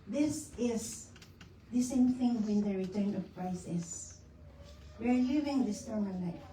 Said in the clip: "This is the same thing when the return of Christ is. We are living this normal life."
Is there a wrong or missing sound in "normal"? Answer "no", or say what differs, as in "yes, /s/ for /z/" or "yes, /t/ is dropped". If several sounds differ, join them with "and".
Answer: yes, /n/ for /l/